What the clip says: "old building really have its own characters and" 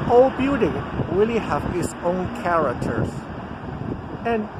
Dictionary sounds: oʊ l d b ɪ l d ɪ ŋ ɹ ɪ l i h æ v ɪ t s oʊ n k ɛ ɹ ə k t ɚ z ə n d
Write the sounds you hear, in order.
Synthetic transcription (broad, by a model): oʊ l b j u d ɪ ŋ ɹ ɪ l i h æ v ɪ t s oʊ n k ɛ ɹ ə k t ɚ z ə n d